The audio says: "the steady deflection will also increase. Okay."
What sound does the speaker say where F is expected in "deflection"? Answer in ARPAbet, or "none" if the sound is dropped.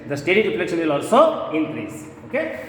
P